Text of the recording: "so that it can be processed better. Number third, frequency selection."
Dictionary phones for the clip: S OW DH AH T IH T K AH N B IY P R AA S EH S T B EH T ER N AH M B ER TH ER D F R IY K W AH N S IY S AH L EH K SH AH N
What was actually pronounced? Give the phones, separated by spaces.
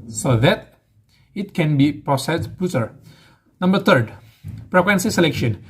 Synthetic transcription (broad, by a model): S OW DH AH T IH T K AH N B IY P R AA S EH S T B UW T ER N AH M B ER T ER D P R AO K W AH N S IY S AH L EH K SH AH N